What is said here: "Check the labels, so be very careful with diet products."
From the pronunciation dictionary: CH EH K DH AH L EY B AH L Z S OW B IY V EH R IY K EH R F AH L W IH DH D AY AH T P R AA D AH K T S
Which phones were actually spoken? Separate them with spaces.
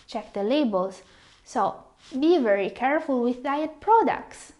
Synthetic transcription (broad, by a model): CH EH K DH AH L EY B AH L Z S OW B IY V EH R IY K EH R F AH L W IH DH D AY AH T P R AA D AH K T S